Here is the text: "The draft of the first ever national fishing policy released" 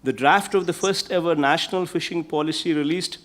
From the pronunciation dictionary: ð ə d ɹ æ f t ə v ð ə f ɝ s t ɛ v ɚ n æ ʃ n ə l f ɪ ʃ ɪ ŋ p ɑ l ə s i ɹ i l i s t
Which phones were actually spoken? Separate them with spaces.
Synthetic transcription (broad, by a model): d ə d ɹ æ f t ə v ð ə f ɝ s t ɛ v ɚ n æ ʃ n ə l f ɪ ʃ ɪ ŋ p ɑ l ə s i ɹ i l i s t